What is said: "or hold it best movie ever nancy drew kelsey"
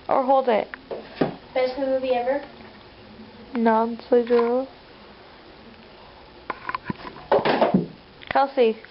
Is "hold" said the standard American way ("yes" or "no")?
yes